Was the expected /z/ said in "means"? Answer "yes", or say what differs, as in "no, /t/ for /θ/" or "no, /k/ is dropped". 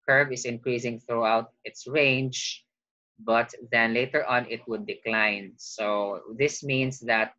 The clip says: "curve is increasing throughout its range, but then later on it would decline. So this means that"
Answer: no, /s/ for /z/